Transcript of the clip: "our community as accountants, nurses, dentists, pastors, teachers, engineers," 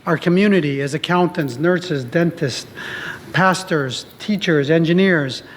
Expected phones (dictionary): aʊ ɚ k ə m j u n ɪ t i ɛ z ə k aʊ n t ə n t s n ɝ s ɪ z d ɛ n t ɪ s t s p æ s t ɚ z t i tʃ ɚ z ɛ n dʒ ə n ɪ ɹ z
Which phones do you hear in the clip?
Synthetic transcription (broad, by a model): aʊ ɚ k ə m j u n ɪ t i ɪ z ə k aʊ n t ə n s n ɝ s ɪ z d ɛ n t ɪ s t p æ s t ɚ z t i tʃ ɚ z ɛ n dʒ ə n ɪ ɹ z